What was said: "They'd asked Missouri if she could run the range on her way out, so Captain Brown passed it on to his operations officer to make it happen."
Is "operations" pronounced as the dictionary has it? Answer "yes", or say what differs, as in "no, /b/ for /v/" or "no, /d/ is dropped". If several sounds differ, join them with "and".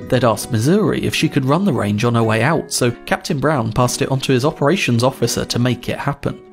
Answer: yes